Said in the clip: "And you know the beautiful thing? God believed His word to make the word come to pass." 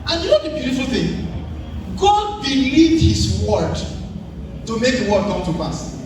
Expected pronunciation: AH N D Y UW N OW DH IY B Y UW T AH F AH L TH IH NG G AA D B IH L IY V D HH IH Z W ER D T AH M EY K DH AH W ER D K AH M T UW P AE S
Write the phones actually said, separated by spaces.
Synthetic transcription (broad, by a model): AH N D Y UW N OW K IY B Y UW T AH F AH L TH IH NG G AA D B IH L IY D HH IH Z W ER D T AH M EY K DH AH W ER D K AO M T UW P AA S